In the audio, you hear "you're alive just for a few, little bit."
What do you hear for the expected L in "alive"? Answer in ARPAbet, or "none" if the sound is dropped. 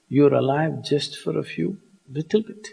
L